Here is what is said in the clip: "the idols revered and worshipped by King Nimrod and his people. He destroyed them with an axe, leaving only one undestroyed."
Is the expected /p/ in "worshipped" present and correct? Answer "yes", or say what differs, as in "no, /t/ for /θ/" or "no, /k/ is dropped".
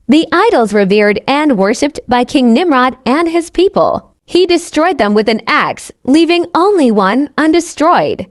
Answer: yes